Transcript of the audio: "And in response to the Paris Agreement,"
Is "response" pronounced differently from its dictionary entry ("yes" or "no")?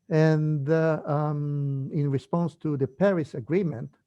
no